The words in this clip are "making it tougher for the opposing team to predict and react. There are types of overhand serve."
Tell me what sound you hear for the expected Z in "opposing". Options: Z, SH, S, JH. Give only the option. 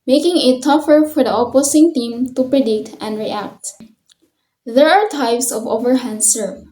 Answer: S